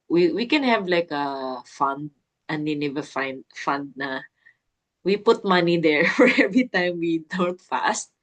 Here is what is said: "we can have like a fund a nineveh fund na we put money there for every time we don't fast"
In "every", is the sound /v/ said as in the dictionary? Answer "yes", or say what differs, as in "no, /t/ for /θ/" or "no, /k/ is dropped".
yes